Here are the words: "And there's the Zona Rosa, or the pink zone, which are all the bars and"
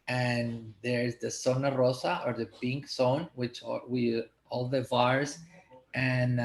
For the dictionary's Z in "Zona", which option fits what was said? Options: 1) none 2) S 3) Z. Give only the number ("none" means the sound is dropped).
2